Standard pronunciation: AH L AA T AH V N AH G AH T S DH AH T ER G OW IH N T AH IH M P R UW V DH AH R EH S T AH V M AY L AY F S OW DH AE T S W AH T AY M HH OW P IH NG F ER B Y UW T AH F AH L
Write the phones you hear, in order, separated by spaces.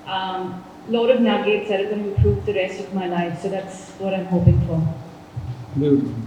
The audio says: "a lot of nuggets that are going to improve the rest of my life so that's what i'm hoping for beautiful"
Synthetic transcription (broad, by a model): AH L AA T AH V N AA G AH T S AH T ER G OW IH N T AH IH P R UW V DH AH R EH S T AH V M AY L AY F S OW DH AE T S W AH T AY M HH OW P IH NG F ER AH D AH